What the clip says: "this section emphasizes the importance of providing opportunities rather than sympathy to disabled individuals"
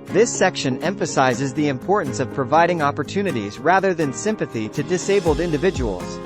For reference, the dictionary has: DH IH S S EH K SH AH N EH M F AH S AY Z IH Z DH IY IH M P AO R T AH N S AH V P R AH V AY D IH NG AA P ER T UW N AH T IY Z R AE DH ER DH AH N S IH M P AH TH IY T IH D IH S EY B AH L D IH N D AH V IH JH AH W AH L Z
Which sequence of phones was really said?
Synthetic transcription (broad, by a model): DH IH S S EH K SH AH N EH M F AH S AY Z IH Z DH IY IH M P AO R T N S AH V P R AH V AY D IH NG AA P ER T UW N AH T IY Z R AE DH ER DH AH N S IH M P AH TH IY T IH D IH S EY B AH L D IH N D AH V IH JH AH W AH L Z